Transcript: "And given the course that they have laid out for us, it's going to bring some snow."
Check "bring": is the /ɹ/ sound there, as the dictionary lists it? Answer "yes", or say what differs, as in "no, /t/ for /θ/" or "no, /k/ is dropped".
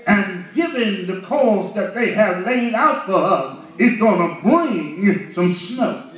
no, /ɹ/ is dropped